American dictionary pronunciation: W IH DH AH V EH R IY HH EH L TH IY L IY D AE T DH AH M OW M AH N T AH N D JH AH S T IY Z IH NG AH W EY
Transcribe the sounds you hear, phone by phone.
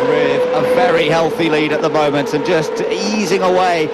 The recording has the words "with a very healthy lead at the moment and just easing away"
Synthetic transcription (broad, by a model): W IH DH AH V EH R IY HH EH L TH IY L IY D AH T DH AH M OW M AH N T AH N JH AH S T IY Z IH NG AH W EY